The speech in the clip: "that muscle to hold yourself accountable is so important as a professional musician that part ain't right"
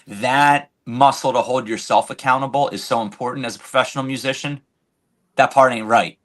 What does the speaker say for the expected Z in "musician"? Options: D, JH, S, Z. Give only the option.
Z